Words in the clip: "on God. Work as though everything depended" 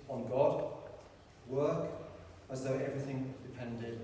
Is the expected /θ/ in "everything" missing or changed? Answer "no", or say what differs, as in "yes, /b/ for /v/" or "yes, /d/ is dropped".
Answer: no